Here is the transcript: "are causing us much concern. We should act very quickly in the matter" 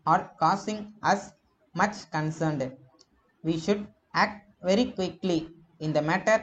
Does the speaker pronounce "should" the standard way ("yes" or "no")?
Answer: yes